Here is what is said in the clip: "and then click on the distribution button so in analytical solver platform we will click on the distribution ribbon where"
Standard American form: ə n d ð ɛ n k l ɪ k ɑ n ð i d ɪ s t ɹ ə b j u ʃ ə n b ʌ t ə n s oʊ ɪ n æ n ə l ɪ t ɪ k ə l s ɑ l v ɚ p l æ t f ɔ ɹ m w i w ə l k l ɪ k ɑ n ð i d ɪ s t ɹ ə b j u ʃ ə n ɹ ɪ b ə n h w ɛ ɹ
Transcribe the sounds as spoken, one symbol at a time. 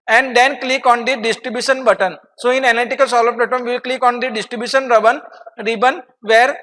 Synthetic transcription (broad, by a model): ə n d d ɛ n k l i k ɑ n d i d ɪ s t ɹ ə b j u ʃ ə n b ʌ t ə n s oʊ ɪ n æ n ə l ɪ t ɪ k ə l s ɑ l ɚ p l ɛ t ɔ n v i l k l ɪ k ɑ n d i d ɪ s t ɹ ə b j u ʃ ə n ɹ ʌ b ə n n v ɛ ɹ